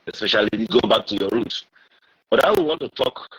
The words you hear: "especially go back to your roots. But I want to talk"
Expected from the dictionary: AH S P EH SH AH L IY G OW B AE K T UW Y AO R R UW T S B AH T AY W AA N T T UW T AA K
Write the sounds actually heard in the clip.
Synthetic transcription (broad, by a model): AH S P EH SH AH L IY G OW B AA K T UW Y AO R R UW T B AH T AY W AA N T T UW T AA K